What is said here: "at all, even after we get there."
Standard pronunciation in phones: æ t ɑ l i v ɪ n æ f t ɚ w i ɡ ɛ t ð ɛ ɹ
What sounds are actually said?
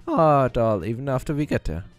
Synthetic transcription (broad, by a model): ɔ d ɑ l i v ɪ n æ f t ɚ w i ɡ ɛ t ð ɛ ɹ